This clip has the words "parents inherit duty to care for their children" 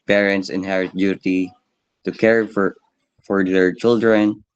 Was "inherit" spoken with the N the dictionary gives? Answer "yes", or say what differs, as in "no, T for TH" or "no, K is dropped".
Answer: yes